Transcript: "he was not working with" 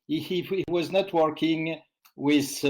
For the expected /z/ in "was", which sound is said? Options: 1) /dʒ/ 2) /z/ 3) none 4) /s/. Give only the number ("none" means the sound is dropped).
2